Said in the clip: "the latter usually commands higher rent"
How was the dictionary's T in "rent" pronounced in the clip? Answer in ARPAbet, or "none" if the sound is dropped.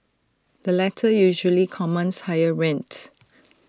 T